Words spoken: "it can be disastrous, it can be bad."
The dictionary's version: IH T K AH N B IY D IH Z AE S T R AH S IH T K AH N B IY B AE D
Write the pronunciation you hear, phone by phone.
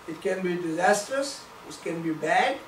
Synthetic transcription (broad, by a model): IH T K AH N B IY D IH Z AE S T R AH S IH T K AH N B IY B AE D